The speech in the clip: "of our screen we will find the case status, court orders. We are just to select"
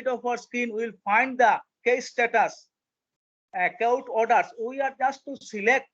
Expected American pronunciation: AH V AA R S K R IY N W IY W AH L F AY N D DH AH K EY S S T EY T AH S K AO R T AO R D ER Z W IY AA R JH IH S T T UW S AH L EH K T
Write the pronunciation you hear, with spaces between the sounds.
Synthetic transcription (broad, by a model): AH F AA R S K IY N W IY L F AY N D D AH K EY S S T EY T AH S K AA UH T AO R D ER S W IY AA R JH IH S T T UW S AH L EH K T